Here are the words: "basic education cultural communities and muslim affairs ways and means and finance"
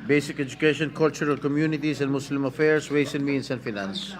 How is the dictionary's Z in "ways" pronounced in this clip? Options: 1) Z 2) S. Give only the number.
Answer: 2